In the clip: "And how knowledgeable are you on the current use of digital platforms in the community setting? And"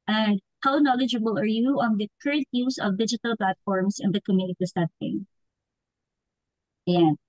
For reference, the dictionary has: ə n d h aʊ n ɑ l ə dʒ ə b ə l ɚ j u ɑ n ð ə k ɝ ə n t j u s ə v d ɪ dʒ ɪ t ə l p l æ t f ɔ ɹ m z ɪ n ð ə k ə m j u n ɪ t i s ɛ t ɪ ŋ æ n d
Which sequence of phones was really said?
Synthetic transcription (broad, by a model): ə n d h aʊ n ɑ l ə dʒ ə b ə l ɚ j u ɑ n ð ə k ɝ ə n t j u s ə v d ɪ dʒ ɪ t ə l p l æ t f ɔ ɹ m s ɪ n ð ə k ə m j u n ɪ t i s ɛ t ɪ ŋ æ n